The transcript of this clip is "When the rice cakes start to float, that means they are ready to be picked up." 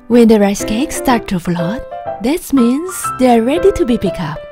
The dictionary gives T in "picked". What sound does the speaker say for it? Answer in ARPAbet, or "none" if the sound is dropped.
none